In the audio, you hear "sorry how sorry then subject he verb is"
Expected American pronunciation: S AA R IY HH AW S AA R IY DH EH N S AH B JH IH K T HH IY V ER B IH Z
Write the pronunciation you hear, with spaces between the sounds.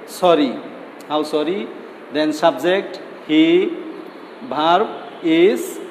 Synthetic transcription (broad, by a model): S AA R IY HH AW S AA R IY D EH N S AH B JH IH K T HH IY B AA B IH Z